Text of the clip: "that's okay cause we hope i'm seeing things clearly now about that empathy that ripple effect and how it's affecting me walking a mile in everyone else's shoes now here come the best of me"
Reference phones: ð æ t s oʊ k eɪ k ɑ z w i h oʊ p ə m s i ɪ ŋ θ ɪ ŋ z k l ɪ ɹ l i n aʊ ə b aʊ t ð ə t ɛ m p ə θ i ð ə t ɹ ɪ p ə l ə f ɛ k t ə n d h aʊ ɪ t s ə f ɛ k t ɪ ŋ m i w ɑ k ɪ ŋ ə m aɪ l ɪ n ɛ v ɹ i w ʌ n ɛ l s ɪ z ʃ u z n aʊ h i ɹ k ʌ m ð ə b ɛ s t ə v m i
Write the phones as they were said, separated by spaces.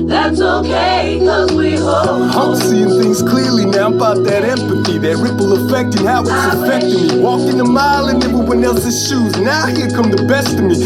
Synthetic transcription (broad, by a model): ð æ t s oʊ k eɪ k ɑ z w i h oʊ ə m s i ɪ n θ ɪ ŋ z k l ɪ ɹ l i n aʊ ə b aʊ t ð ə t ɛ m p ə θ i ð ə t ɹ ɪ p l ə f ɛ k t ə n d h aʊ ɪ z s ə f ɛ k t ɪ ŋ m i w ɑ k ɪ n ə m aɪ l ɪ n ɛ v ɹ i w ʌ n ɛ l s ɪ z ʃ u z n aʊ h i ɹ k ʌ m ð ə b ɛ s t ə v m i